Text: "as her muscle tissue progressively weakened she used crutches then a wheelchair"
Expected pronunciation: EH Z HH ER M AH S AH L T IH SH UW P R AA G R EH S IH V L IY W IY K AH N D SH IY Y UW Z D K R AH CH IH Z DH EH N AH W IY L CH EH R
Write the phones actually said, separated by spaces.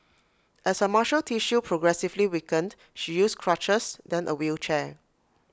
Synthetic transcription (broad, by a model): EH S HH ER M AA SH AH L T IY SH UW P R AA G R EH S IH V L IY W IY K AH N D SH IY Y UW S K R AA CH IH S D EH N AH W IY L CH EH